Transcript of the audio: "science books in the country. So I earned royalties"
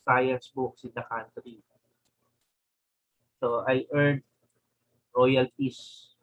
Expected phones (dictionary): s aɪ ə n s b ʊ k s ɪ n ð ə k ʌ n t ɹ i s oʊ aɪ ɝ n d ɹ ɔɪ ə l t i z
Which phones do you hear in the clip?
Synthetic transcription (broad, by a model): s aɪ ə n s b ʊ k s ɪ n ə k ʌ n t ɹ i s oʊ aɪ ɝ d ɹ ɔɪ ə l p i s